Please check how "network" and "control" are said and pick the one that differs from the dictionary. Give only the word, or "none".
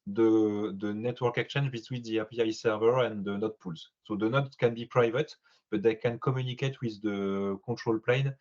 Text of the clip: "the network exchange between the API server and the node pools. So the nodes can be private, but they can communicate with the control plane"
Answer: control